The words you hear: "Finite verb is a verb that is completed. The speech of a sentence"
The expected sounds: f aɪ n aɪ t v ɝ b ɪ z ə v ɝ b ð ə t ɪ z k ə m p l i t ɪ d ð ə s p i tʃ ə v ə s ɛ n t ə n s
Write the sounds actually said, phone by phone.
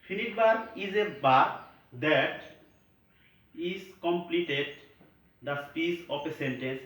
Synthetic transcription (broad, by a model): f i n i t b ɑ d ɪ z ə b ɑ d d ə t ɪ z k ə m p l i t ɪ d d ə s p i s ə p ə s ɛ n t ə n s